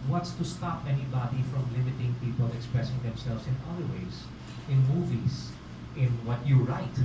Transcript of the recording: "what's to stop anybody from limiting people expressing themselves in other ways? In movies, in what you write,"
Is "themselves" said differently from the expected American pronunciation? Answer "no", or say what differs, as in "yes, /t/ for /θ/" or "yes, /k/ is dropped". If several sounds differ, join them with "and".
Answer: yes, /s/ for /z/